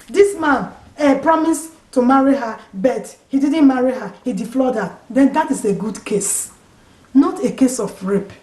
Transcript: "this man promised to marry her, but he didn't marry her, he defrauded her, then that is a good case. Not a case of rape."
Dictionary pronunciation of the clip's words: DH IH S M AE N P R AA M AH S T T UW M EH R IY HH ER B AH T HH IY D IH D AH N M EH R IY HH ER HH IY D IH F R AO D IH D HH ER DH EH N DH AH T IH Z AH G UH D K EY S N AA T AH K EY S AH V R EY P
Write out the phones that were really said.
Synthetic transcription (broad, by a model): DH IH S M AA N P R AA M AH S T T UW M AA R IY HH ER B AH T HH IY D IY D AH N M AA R IY HH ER HH IY D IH F L AO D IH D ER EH N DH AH T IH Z AH G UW D K EY S N AA T AH K EY S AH F R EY P